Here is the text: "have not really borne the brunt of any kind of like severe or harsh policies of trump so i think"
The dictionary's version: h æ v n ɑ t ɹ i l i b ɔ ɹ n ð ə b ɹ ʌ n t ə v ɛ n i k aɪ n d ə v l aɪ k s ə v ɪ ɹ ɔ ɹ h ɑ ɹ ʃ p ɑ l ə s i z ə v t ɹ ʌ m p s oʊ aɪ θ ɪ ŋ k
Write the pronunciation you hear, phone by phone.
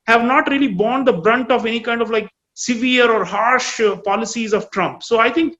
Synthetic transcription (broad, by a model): h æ v n ɑ t ɹ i l i b ɔ n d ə b ɹ ʌ n t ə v ɛ n i k aɪ n d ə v l aɪ k s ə v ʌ ɹ ɔ ɹ h ɑ ɹ ʃ p ɑ l ə s i z ə v t ɹ ʌ m p s oʊ aɪ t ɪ ŋ k